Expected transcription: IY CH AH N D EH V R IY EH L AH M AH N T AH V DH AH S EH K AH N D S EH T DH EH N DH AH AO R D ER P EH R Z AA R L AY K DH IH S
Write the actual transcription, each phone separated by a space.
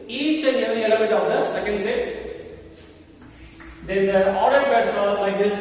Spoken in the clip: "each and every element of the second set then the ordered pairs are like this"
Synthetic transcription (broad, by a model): IY CH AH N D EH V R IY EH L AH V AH T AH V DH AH S EH K AH N D S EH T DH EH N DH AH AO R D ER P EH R S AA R L AY K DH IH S